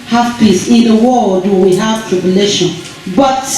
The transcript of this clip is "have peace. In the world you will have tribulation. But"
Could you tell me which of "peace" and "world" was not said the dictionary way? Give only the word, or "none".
world